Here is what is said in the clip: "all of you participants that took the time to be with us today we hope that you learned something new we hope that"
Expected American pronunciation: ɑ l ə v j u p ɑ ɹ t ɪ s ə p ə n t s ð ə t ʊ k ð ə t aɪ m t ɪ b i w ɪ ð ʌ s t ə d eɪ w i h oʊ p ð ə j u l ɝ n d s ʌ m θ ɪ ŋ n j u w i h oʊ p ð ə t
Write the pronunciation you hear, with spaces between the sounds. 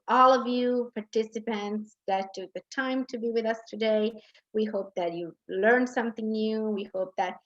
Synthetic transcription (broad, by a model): ɑ l ə v j u p ɑ ɹ t ɪ s ə p ə n t s ð ə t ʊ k ð ə t aɪ m t ɪ b i w ɪ ð ʌ s t ə d eɪ w i h oʊ p ð ə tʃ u l ɝ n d s ʌ m θ ɪ ŋ n j u w i h oʊ p ð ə t